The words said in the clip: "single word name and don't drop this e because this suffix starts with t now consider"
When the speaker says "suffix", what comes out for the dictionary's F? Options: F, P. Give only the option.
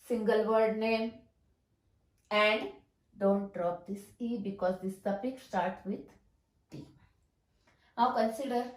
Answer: P